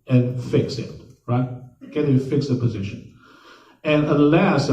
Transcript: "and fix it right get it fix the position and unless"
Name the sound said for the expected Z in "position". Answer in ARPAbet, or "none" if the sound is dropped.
Z